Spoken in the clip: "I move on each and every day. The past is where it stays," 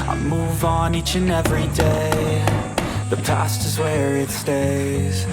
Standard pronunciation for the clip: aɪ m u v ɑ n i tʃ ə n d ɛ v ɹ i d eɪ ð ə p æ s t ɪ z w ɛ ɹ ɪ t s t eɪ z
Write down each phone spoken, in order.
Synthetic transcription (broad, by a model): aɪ m u v n i tʃ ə n ɛ v ɹ i d eɪ ð ə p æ s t ɪ z w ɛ ɹ ɪ t s t eɪ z